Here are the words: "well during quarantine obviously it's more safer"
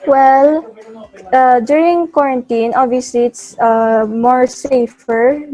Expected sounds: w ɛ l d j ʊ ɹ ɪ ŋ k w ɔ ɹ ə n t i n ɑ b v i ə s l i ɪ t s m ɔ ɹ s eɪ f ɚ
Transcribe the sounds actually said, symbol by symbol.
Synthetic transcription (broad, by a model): w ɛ l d j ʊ ɹ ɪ ŋ k w ɔ ɹ ə n t i n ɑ v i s i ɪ t s m ɔ ɹ s eɪ f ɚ